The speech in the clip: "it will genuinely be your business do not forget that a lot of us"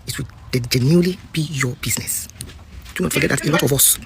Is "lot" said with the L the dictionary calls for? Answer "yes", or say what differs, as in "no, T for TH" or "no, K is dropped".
no, N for L